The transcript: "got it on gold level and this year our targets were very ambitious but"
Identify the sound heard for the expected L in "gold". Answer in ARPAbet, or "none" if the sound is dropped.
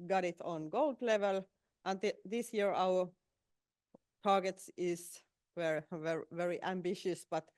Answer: L